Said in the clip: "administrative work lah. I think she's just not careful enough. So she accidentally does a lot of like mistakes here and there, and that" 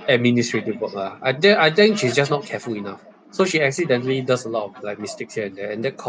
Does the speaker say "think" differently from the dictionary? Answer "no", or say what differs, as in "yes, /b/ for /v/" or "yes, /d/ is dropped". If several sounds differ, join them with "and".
yes, /t/ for /θ/